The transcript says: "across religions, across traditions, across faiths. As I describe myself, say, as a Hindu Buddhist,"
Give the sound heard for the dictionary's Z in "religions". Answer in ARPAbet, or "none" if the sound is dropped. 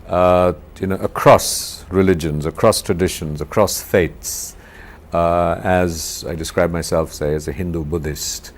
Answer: Z